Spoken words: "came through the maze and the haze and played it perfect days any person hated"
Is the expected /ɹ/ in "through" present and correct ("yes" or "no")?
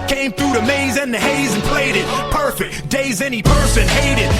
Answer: yes